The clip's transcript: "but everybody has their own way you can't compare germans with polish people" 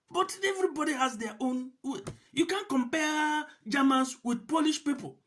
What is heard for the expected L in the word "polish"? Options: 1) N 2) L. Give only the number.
2